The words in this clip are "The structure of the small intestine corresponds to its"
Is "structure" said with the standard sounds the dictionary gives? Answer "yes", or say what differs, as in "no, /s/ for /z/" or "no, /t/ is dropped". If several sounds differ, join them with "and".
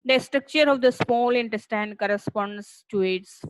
yes